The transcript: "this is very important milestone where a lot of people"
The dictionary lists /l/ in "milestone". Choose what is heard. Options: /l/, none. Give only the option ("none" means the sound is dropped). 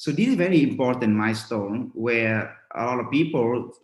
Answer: none